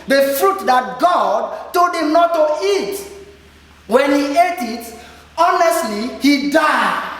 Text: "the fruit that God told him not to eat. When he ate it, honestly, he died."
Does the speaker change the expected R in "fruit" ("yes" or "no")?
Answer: no